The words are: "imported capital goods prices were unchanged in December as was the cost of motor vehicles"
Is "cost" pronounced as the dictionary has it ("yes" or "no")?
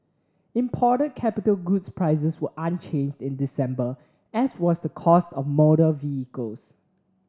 yes